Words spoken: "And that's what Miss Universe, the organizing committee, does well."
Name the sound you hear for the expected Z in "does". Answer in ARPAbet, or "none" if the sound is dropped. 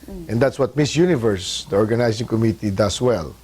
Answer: S